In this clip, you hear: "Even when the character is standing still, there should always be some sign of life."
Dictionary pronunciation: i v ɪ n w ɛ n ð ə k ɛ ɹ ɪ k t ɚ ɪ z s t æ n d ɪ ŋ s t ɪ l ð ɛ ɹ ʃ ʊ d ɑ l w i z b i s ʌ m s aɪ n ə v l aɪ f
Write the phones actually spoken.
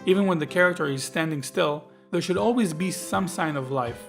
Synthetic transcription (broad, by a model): i v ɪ n w ɛ n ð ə k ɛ ɹ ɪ k t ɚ ɪ z s t æ n d ɪ ŋ s t ɪ l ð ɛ ɹ ʃ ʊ d ɑ l w i z b i s ʌ m s aɪ n ə v l aɪ f